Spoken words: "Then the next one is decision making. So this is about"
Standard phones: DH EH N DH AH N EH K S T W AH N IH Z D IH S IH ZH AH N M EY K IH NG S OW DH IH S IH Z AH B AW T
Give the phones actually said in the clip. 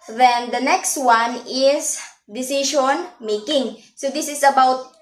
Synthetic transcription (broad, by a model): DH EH N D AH N EH K S T W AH N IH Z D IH S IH SH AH N M EY K IH NG S OW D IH S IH S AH B AW T